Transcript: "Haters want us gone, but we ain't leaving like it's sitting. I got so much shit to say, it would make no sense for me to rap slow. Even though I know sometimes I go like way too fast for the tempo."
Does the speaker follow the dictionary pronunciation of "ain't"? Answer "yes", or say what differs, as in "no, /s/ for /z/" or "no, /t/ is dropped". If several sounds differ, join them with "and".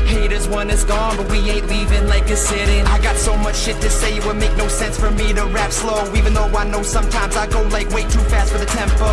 no, /n/ is dropped